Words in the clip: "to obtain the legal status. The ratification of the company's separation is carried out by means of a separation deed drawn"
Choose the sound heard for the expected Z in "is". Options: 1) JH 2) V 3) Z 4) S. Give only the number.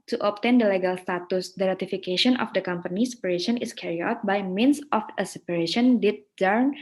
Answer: 4